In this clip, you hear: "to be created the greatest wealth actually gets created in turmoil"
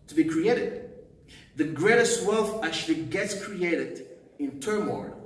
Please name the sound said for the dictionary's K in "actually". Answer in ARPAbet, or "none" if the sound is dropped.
none